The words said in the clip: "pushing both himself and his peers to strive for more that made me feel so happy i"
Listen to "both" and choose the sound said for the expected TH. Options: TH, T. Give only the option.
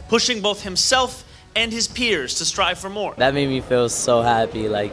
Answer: TH